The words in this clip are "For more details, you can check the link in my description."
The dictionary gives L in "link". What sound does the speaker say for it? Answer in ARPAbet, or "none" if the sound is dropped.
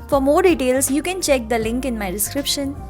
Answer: L